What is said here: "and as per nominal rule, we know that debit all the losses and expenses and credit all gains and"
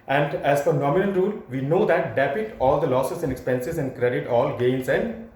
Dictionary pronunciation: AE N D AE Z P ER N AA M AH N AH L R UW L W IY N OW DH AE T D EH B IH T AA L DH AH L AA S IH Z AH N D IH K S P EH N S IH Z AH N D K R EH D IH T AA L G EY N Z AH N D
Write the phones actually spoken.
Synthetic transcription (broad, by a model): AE N D AE Z F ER N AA M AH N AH N R UW L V IY N OW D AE T D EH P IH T AA L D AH L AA S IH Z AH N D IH K S P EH N S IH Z AH N D K R EH D IH T AA L G EY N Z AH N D